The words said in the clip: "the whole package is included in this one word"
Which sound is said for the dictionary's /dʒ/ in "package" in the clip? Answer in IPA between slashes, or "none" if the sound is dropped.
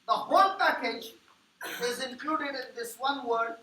/dʒ/